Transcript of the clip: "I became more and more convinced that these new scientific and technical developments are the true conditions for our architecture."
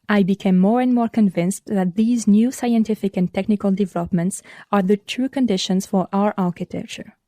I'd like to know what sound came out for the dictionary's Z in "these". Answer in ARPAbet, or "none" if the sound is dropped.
Z